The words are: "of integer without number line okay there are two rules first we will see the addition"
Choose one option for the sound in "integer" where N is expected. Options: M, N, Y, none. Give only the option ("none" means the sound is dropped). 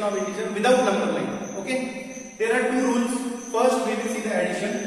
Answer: none